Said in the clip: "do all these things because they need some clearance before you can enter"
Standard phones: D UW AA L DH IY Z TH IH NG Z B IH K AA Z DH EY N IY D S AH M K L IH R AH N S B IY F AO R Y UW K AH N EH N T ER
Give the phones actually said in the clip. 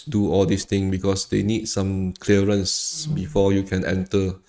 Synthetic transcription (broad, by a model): D UW AA L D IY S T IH NG B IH K AA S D EY N IY D S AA M K L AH R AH N S B IY F AO Y UW K AH N EH N T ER